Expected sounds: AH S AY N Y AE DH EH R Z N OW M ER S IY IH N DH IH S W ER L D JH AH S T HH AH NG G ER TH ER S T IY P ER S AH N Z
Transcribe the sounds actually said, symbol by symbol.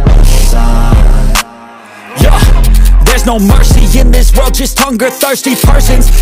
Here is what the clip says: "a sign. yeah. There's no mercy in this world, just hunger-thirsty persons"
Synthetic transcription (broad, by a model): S Y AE DH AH R Z N OW M ER S IY IH N DH IH S W ER L D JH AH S T HH AH NG G ER TH ER S T IY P ER S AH N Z